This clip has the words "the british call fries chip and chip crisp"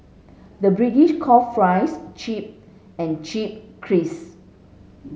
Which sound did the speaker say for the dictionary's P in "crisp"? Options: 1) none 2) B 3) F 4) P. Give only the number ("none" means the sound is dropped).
1